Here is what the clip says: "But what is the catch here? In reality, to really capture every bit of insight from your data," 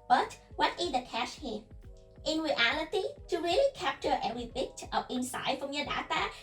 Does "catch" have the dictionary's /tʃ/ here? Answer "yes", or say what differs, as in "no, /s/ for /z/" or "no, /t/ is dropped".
no, /ʃ/ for /tʃ/